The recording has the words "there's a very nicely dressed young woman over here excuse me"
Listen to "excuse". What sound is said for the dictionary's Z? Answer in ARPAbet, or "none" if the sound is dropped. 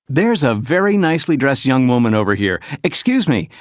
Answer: Z